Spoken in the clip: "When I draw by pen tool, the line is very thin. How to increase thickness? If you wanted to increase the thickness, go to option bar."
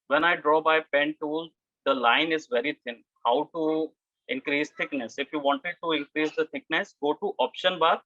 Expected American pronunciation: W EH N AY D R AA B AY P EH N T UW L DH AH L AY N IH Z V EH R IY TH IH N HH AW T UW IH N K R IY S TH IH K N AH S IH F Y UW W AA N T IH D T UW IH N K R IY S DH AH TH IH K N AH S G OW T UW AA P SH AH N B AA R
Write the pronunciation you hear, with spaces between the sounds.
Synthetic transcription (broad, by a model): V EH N AY D R AA B AY P EH N T UW L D AH L AY N IH Z V EH R IY T IH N HH AW T UW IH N K R IY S T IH K N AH S IH F Y UW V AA N T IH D T UW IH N K R IY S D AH T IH K N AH S G OW T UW AA P SH AH N B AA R